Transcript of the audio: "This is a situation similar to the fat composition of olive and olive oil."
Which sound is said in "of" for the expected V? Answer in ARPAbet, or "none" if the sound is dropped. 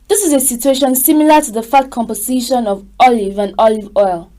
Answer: V